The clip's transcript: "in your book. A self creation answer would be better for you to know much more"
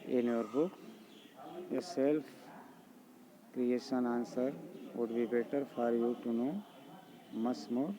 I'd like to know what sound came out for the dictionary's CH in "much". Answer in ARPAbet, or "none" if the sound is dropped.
S